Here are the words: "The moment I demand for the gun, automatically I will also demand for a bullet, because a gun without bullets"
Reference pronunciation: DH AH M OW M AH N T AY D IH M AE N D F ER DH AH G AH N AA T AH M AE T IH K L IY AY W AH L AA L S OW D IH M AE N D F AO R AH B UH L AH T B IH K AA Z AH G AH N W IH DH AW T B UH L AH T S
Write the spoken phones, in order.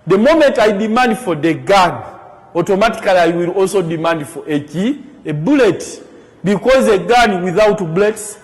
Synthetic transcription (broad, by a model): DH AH M OW M AH N T AY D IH M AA N D F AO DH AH G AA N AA T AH M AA T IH K L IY AY W AH L AA L S OW D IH M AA N D F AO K AH B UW L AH T B IH K AA Z AH G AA N W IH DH AW T B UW L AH T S